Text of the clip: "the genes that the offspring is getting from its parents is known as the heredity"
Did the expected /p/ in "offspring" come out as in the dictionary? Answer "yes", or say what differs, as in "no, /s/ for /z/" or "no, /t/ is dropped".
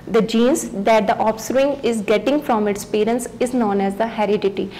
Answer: no, /p/ is dropped